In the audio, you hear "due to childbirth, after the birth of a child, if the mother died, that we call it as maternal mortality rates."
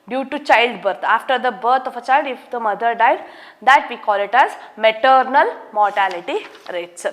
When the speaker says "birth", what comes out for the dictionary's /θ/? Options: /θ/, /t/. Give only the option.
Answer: /t/